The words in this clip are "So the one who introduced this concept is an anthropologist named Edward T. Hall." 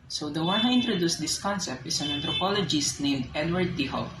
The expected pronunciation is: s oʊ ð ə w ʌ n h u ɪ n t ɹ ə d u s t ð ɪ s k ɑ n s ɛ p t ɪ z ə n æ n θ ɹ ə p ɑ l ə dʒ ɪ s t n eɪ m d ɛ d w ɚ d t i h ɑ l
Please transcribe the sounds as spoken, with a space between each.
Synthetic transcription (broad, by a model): s oʊ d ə w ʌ n h u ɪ n t ɹ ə d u s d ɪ s k ɑ n s ɛ p t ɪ s ə n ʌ n t ɹ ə p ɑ l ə dʒ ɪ s t n eɪ m d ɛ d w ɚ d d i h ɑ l